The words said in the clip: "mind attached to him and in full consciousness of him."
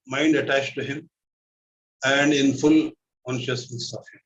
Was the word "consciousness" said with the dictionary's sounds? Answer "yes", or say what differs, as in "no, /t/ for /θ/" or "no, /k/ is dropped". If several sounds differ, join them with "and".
yes